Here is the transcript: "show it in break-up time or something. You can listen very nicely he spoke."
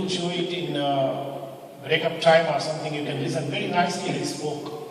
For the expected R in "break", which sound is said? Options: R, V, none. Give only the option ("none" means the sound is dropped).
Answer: R